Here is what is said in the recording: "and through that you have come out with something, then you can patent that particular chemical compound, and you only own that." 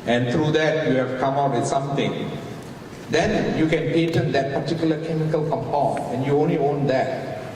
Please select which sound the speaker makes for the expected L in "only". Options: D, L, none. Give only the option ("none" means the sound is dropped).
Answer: L